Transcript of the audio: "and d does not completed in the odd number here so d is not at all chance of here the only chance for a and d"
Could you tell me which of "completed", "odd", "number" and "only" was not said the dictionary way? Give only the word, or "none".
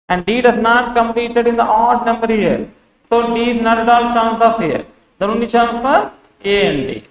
only